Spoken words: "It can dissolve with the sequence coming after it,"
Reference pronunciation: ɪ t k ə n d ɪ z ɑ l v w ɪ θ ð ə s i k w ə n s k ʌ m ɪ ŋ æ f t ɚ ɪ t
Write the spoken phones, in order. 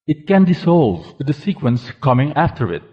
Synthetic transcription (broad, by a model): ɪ t k ə n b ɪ s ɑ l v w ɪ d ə s i k w ə n s k ʌ m ɪ ŋ æ f t ɚ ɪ t